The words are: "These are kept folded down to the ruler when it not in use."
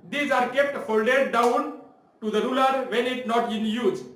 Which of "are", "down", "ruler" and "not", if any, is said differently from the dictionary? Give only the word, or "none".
none